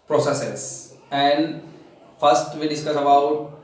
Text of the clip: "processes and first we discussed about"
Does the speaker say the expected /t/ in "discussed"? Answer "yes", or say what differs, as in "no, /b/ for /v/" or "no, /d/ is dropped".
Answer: no, /t/ is dropped